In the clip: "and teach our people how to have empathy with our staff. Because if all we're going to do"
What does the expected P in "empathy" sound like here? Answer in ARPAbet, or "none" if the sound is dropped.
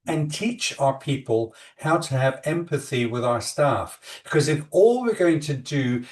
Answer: P